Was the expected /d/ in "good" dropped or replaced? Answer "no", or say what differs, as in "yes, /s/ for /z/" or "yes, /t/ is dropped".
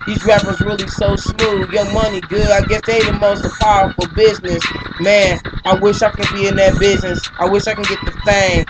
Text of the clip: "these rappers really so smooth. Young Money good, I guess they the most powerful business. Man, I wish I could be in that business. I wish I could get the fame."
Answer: yes, /d/ is dropped